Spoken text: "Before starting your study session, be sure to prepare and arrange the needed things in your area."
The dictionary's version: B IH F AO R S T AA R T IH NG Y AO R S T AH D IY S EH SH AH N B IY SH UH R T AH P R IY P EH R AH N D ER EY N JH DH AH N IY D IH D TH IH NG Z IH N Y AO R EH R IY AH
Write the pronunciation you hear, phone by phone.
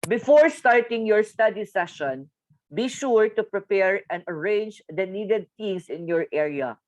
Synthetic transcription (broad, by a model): B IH F AO R S T AA R T IH NG Y AO R S T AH D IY S EH SH AH N B IY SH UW R T AH P R IY P EH R AH N D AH EY N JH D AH N IY D IH D T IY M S IH N Y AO R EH R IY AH